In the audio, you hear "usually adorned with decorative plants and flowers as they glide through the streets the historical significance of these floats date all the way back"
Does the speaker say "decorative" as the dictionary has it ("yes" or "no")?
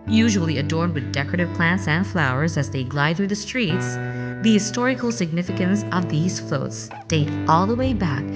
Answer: yes